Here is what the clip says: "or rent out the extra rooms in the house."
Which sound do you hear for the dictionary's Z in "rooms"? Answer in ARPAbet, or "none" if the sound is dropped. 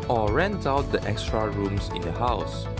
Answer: S